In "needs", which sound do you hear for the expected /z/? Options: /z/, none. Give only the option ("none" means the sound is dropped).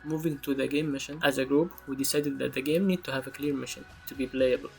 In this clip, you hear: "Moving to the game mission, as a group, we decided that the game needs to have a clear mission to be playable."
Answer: none